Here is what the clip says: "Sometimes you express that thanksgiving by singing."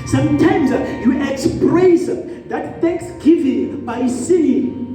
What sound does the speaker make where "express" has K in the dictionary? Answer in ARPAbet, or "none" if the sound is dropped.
K